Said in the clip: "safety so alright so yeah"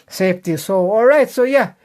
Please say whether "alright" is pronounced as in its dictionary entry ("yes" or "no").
yes